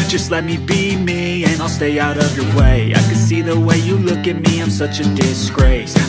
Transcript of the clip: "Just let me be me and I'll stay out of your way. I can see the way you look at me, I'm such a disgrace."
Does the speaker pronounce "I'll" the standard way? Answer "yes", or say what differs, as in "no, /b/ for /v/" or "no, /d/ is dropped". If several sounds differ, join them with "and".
yes